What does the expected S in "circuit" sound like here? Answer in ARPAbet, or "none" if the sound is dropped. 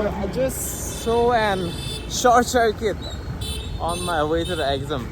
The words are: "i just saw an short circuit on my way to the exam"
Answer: SH